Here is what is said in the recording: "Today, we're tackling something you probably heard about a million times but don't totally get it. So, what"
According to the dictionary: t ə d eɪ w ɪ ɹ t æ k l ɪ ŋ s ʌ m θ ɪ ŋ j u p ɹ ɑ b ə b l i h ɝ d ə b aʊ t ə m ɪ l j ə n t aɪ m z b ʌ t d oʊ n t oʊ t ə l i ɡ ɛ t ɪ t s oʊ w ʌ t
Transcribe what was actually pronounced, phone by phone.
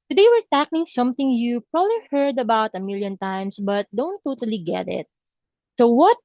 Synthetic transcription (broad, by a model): t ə d eɪ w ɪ ɹ t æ k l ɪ ŋ s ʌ m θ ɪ ŋ j u p ɹ ɑ b ə b l i h ɝ d ə b aʊ t ə m ɪ l j ə n t aɪ m s b ʌ t d oʊ n t oʊ t ə l i ɡ ɛ t ɪ t s oʊ w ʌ t